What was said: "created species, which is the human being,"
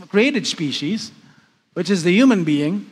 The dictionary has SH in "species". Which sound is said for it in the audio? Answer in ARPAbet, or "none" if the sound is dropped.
SH